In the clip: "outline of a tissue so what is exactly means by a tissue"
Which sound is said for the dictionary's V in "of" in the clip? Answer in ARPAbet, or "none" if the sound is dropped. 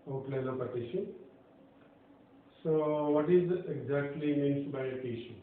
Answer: P